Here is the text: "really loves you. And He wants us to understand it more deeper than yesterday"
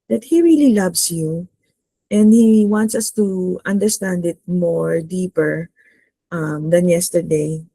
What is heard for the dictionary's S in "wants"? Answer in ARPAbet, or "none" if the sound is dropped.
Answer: S